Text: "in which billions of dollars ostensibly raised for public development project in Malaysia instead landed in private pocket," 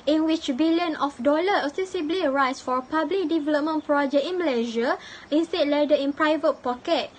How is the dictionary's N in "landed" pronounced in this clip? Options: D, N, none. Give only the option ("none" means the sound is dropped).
none